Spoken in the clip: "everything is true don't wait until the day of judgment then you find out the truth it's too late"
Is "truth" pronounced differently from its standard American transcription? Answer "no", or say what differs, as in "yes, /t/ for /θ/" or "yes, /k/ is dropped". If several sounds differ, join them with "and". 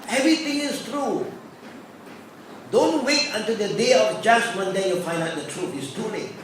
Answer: yes, /t/ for /θ/